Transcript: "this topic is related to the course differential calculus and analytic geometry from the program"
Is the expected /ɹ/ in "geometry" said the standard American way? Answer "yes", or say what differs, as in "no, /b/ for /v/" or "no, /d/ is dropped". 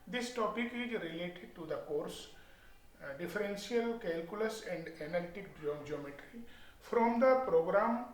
yes